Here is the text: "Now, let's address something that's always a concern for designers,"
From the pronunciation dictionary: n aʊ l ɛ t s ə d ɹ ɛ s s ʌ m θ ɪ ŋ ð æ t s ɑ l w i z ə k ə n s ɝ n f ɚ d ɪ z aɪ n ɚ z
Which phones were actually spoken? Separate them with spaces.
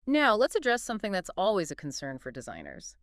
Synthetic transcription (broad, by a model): n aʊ l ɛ t s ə d ɹ ɛ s s ʌ m θ ɪ ŋ ð æ t s ɑ l w i z ə k n s ɝ n f ɚ d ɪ z aɪ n ɚ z